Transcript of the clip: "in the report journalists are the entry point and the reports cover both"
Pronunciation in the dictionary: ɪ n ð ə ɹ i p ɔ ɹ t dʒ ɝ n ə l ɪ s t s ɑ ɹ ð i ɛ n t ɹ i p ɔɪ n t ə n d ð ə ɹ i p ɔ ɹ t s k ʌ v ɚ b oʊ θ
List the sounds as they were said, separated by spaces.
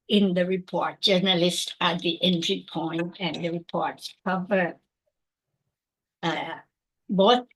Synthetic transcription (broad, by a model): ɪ n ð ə ɹ i p ɔ ɹ t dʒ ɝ n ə l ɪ s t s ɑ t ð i ɛ n t ɹ i p ɔɪ n t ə n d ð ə ɹ i p ɔ ɹ t s k ʌ v ɚ b oʊ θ